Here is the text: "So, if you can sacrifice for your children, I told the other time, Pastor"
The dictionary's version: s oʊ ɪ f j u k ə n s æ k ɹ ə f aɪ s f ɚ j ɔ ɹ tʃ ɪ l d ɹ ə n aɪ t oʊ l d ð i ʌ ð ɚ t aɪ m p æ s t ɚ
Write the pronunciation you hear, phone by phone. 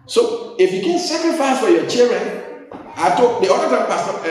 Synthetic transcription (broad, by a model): s oʊ ɪ f j u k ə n s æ k ɹ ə f aɪ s f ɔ j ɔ tʃ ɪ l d ɹ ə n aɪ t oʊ d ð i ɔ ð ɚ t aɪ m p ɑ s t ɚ